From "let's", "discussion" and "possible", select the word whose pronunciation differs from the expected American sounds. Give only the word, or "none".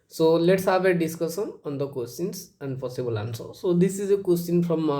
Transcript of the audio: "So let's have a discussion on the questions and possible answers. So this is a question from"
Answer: discussion